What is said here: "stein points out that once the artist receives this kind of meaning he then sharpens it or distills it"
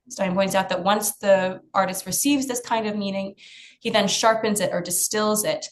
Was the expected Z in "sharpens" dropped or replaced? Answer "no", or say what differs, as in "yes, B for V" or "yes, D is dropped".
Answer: no